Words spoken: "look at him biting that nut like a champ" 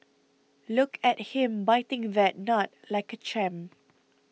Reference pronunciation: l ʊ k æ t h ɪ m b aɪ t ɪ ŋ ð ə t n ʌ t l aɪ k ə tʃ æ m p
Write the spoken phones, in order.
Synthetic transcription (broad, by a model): l ʊ k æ t h ɪ m b aɪ t ɪ ŋ ð ə t n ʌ t l aɪ k ə tʃ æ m